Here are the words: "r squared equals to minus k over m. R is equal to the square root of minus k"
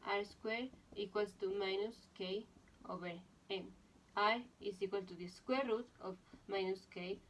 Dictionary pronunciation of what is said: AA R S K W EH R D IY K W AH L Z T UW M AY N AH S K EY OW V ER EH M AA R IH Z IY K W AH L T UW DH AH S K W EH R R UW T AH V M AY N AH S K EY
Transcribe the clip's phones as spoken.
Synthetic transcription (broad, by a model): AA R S K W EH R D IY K W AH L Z T UW M AY N AH S K EY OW B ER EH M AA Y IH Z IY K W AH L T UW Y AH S K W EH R R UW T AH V M AY N AH S K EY